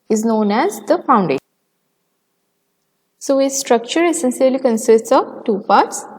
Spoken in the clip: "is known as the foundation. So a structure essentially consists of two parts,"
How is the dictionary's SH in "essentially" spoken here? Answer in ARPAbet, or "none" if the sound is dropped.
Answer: S